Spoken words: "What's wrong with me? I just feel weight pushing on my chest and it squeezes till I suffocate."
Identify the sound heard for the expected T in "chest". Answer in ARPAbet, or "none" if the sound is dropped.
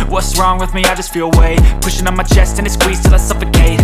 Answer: T